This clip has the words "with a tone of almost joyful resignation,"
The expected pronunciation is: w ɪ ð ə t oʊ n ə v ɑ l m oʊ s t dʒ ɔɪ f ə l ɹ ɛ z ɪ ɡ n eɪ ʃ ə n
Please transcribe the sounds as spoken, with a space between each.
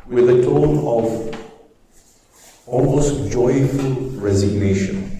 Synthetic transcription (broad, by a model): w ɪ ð ə t oʊ n ə v ɑ l m oʊ s t dʒ ɔɪ f ə l ɹ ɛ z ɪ ɡ n eɪ ʃ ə n